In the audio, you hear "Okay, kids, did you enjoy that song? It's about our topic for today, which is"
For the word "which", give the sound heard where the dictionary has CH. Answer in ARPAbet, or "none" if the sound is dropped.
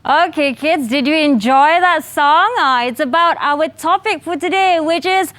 CH